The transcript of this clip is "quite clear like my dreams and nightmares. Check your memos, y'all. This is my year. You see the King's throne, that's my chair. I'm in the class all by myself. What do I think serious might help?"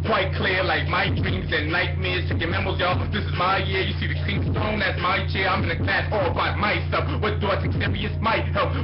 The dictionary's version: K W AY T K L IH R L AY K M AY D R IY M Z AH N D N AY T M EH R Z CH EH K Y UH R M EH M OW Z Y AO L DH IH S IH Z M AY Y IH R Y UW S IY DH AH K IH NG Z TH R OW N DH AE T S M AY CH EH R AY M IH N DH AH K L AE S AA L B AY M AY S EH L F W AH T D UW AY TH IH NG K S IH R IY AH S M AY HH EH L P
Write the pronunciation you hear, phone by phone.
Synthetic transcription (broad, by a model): K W AY T K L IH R L AY K M AY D R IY M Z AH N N AY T M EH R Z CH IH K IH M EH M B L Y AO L DH IH S IH Z M AY Y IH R Y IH S IY DH AH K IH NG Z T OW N DH AE T S M AY CH EH R AY M IH N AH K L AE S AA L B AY M AY S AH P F W AH T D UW AY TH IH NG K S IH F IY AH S M AY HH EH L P